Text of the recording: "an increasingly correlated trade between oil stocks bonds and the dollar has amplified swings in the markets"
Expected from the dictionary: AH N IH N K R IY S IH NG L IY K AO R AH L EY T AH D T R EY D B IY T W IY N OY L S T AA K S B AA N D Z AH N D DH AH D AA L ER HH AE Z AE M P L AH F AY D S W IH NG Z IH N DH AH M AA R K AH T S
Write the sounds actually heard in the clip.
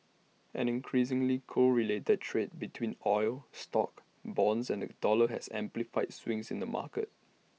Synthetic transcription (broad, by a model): AH N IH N K R IY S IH NG L IY K AO R AH L EY T AH D T R EY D B IY T W IY N OY L S T AA K B AA N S AH N D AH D AA L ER HH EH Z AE M P L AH F AY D S W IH NG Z IH N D AH M AA K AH T